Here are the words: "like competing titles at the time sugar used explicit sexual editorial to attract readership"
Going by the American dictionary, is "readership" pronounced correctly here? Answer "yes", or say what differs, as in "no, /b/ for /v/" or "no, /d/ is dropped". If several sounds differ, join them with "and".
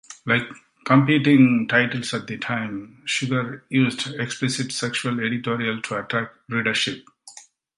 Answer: yes